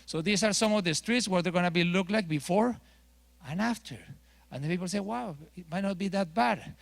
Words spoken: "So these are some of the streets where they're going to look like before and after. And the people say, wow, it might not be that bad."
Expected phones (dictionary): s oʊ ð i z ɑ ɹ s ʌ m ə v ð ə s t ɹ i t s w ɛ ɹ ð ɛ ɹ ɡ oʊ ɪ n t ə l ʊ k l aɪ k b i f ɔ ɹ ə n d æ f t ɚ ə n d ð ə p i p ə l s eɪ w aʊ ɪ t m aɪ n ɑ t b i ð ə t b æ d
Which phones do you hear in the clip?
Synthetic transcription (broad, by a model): s oʊ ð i s ɑ ɹ s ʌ m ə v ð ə s t ɹ i t s w ɛ ɹ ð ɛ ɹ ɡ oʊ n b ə l ʊ k l aɪ k b i f ɔ ɹ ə n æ f t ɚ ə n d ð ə p i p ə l s eɪ w aʊ ɪ t m aɪ n ɑ t b i ð ə t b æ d